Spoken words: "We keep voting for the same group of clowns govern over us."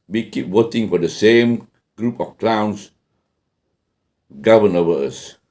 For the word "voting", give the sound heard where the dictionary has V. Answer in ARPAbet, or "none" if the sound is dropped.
W